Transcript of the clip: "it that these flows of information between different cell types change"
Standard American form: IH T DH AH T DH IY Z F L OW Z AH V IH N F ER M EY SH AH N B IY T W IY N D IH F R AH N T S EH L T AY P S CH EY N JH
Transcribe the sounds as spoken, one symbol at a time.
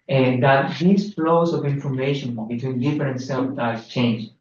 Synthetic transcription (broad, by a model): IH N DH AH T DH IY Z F L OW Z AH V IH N F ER M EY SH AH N B IY T W IY N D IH F R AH N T S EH N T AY S CH EY N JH